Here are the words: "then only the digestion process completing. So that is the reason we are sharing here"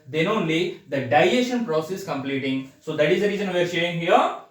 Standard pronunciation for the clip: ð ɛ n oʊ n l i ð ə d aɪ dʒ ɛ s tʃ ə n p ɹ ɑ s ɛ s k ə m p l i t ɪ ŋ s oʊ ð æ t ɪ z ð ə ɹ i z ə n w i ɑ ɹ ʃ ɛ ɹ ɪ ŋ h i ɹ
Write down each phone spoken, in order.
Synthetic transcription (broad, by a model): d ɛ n oʊ n l i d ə d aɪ ɛ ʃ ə n p ɹ ɑ s ɛ s k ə m p l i t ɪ ŋ s oʊ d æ t ɪ z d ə ɹ i z ə n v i ɹ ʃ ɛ ɪ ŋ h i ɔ